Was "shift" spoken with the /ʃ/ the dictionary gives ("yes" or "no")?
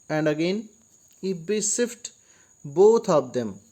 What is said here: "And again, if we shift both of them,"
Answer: no